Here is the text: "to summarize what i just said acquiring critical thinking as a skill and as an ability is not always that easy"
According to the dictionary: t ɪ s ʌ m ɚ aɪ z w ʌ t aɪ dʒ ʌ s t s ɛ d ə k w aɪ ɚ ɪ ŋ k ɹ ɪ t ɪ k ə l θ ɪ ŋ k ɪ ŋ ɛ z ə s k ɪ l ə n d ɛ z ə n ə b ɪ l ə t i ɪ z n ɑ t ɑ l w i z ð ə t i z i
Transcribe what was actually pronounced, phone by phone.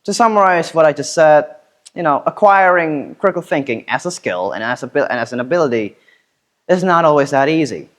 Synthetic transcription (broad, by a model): t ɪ s ʌ m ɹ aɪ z w ʌ t aɪ dʒ ʌ s t s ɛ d ə k w aɪ ɚ ɪ ŋ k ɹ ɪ t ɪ k l θ ɪ ŋ k ɪ ŋ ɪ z ə s k ɪ l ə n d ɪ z ə n ə b ɪ l ə t i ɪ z n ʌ t ɑ l w i z ð ə t i z i